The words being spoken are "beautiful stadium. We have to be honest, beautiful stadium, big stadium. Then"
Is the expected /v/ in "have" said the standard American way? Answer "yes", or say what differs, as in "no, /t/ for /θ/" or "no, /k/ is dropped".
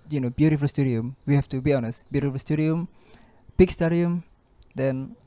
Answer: no, /f/ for /v/